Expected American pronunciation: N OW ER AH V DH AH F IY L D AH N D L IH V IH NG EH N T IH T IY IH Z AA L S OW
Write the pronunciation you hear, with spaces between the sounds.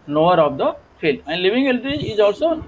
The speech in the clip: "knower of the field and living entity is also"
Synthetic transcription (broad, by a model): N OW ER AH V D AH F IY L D AH N D L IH V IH NG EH L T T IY IH Z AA L S OW